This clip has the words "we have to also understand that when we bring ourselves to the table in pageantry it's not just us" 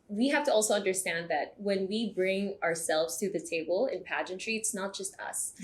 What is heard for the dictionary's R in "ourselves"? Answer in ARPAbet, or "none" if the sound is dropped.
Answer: R